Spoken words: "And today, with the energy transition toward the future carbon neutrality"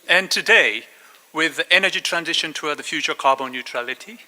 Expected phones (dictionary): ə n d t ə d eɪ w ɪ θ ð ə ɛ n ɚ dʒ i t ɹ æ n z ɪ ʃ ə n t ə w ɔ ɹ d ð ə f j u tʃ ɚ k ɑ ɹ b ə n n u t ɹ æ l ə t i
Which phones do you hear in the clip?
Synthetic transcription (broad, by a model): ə n t ə d eɪ w ɪ ð ɛ n ɚ dʒ i t ɹ æ n z ɪ ʃ ə n t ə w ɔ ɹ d ð ə f j u tʃ ɚ k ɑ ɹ b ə n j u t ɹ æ l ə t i